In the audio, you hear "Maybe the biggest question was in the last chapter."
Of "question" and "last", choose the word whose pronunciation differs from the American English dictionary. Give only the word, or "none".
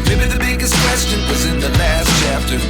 none